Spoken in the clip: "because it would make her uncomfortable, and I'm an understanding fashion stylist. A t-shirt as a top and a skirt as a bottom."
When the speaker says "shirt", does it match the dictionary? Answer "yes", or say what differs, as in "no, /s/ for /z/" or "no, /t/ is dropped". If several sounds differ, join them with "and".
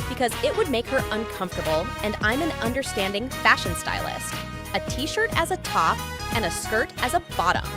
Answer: yes